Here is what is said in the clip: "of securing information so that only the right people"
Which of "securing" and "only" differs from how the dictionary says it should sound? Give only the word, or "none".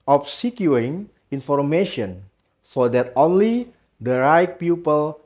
securing